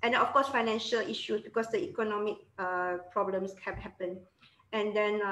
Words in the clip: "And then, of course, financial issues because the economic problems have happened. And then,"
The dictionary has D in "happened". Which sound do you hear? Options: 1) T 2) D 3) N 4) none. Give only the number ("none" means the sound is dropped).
4